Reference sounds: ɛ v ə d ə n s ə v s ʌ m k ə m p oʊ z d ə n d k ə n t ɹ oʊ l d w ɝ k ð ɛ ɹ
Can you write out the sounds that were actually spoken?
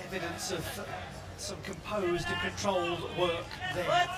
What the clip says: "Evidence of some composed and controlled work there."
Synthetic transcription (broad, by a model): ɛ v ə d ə n s ə v s ʌ m k ə m p oʊ z d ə k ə n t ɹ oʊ l w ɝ k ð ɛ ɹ